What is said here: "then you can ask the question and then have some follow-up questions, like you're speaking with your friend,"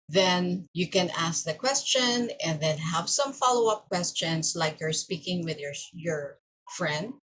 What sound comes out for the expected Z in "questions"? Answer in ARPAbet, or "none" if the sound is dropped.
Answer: S